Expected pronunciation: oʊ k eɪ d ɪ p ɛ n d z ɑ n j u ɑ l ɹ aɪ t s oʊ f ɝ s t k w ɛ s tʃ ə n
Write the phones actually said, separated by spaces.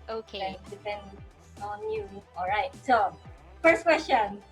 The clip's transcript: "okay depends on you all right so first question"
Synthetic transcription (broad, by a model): oʊ k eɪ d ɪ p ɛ n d ɑ n j u ɑ l ɹ aɪ t s oʊ f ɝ s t k w ɛ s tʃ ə n